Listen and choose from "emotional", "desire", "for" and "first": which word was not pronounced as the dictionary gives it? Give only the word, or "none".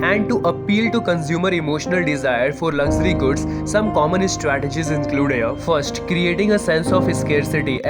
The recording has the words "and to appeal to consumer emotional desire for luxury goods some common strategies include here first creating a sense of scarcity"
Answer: none